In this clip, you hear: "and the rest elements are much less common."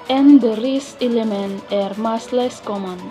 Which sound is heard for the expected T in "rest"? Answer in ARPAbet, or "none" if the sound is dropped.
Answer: none